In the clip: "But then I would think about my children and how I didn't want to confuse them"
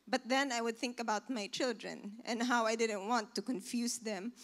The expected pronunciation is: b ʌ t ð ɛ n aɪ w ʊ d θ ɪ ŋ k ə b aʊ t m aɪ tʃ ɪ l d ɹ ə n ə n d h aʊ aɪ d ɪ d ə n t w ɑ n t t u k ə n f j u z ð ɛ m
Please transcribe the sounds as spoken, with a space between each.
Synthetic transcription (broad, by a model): b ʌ t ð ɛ n aɪ w ʊ d θ ɪ ŋ k ə b aʊ t m aɪ tʃ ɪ l d ɹ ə n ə n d h aʊ aɪ d ɪ d ə n t w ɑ n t t u k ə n f j u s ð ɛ m